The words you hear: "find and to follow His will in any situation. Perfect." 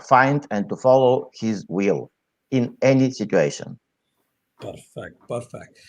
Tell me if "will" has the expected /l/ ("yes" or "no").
yes